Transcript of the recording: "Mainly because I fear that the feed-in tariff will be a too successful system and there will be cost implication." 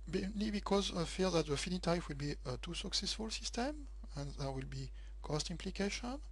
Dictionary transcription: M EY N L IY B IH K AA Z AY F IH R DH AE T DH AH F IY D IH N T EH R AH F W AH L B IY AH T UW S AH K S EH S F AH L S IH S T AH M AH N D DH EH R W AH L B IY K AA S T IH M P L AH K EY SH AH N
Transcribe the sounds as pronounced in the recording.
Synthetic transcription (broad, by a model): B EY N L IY B IH K AA Z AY F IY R DH AE T DH AH F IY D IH T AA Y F W AH L B IY AH T UW S AH K S EH S F AH L S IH S T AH M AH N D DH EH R W AH L B IY K AA S T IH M P L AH K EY SH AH N